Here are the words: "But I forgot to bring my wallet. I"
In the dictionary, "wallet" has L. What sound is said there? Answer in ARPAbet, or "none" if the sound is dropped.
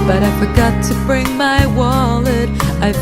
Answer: L